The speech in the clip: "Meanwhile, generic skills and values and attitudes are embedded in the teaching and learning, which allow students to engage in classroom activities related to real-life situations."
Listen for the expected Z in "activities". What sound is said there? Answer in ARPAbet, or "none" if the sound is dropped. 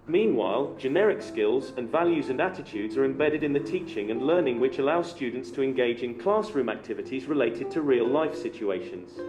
Z